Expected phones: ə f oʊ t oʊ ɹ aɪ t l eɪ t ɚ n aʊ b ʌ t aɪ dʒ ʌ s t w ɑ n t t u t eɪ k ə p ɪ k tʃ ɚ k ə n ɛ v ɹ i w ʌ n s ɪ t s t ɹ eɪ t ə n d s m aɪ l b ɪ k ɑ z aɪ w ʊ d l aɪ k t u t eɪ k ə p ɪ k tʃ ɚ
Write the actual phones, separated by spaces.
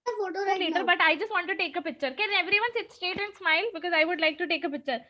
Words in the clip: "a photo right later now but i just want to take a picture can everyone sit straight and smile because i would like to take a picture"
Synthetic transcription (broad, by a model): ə f oʊ t oʊ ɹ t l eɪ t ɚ b ʌ t aɪ dʒ ʌ s t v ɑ n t t u t eɪ k ə p ɪ k tʃ ɚ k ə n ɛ v ɹ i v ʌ n s ɪ t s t eɪ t ə n d s m aɪ l b ɪ k ɑ z aɪ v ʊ d l aɪ k t u t eɪ k ə p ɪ k tʃ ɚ